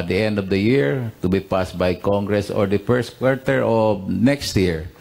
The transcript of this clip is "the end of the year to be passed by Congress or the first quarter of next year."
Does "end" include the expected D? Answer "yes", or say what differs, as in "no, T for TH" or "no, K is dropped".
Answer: yes